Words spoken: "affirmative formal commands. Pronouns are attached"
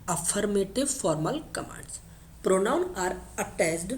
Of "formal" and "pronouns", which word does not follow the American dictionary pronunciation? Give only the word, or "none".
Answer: pronouns